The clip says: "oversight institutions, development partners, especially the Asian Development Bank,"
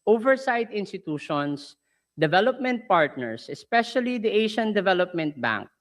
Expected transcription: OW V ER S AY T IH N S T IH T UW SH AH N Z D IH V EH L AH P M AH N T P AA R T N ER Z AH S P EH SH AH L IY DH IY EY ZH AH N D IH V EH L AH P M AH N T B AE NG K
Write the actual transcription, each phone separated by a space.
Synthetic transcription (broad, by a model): OW V ER S AY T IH N S T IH T UW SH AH N S D IH V EH L AH P M AH N T P AA R T N ER S AH S P EH SH AH L IY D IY EY SH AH N D IH V EH L AH P M AH N T B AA NG K